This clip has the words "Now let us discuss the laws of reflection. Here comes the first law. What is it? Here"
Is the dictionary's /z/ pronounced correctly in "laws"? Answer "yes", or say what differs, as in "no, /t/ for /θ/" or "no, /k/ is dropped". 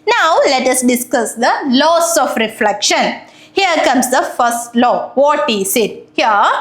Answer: no, /s/ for /z/